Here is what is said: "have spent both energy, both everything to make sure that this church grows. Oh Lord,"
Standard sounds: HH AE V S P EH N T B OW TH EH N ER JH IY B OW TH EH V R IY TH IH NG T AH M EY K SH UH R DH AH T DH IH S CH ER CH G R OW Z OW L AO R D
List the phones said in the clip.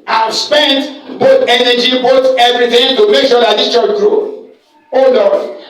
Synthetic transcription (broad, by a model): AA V S P EH N T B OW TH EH N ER JH IY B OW T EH V R IY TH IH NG T AH M EY K SH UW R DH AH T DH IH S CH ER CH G R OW OW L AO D